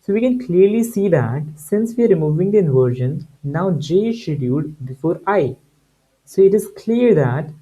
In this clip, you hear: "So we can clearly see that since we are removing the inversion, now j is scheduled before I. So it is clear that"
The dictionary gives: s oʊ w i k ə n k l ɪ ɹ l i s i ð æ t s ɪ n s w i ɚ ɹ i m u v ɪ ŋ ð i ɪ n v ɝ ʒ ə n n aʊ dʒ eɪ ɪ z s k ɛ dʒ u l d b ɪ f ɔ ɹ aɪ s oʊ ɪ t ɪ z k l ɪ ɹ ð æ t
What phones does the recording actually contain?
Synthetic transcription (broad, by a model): s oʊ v i k ə n k l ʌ ɹ l i s i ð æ t s ɪ n s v i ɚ ɹ i m u v ɪ ŋ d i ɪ n v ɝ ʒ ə n n aʊ dʒ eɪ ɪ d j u d b ɪ f ɔ ɹ aɪ s oʊ ɪ t ɪ z k l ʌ ɹ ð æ t